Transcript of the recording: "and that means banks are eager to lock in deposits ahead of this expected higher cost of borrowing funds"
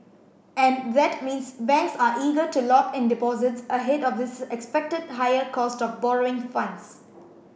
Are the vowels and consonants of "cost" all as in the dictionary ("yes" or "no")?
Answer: yes